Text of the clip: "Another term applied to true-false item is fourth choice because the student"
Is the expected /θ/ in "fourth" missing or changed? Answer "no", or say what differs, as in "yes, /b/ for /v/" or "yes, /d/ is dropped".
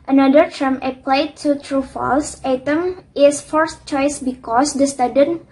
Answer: yes, /s/ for /θ/